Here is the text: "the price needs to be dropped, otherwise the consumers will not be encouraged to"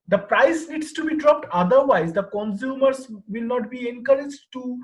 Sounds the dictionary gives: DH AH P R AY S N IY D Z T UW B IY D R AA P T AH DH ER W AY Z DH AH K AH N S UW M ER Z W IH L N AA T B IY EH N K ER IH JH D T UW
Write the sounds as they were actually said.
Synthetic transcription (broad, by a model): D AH P R AY S N IY D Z T UW B IY D R AA P T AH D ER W AY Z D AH K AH N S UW M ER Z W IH L N AA T B IY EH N K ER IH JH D T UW